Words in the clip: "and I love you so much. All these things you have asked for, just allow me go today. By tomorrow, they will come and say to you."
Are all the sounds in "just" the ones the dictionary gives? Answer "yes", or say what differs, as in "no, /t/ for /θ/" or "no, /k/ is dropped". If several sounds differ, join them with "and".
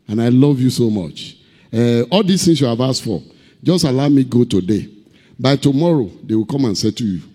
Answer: yes